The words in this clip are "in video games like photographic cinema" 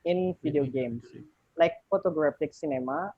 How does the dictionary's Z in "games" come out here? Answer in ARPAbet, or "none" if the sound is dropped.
S